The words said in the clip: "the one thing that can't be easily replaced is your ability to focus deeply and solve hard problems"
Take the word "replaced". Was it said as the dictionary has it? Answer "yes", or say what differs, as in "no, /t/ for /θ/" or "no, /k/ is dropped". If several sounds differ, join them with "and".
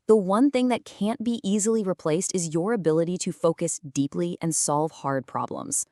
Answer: yes